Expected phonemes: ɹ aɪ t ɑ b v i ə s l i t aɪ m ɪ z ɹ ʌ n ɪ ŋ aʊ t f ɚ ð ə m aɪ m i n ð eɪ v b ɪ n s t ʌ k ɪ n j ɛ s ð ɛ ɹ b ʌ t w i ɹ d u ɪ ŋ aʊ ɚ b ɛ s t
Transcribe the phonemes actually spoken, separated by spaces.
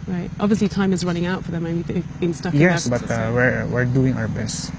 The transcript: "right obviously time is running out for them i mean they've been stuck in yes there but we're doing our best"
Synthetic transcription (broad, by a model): ɹ aɪ t ɑ b v i ə s l i t aɪ m ɪ z ɹ ʌ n ɪ ŋ aʊ t f ɚ ð ə m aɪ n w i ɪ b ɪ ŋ s t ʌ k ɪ j ɛ s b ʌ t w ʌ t w i ɹ d u ɪ ŋ aʊ ɚ b ɛ s t